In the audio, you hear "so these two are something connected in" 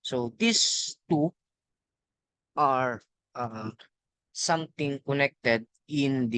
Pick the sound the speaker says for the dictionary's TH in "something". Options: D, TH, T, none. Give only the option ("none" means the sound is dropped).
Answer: T